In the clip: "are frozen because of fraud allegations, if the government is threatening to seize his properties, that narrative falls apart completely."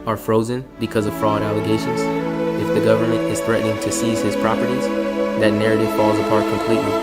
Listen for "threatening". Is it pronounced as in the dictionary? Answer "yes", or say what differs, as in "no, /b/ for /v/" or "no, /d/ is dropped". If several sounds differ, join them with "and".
yes